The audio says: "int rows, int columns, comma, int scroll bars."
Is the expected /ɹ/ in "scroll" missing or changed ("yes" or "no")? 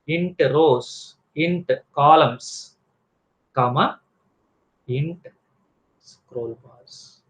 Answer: no